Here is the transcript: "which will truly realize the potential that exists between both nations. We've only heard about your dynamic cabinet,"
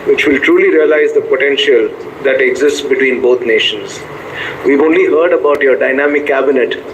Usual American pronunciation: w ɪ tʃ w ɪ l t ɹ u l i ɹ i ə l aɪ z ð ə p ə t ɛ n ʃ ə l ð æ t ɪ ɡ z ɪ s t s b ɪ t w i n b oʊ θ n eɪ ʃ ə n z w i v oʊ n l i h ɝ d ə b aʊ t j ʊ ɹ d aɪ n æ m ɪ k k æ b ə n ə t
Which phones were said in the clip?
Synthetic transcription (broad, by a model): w ɪ tʃ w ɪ l t ɹ u l i ɹ i ə l aɪ z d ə p ə t ɛ n ʃ ə l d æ t ɪ ɡ z ɪ s t s b ɪ t w i n b oʊ t n eɪ ʃ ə n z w i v oʊ n l i h ɝ d ə b aʊ t j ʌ ɹ d aɪ n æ m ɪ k k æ b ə n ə t